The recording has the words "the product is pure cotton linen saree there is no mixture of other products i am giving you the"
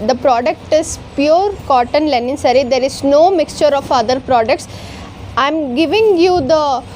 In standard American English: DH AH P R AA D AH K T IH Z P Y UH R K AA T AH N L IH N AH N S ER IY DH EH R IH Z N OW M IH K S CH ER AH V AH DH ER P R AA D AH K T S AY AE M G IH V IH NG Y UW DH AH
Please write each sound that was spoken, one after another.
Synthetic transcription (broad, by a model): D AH P R AA D AH K T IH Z P Y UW R K AA T AH N L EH N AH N S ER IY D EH R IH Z N OW M IH K S CH ER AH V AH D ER P R AA D AH K T S AY M G IH V IH NG Y UW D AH